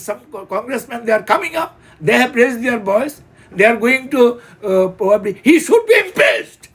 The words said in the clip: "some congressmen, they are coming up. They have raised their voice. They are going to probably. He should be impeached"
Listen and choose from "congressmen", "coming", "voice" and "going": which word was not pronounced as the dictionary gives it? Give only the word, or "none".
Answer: voice